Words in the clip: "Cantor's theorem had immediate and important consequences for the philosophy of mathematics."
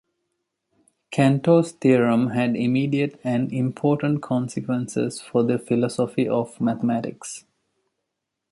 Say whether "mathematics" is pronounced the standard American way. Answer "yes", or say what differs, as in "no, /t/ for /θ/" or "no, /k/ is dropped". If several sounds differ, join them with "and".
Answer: no, /t/ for /θ/